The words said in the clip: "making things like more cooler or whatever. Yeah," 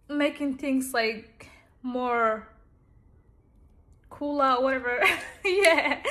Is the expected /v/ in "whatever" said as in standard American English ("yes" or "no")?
yes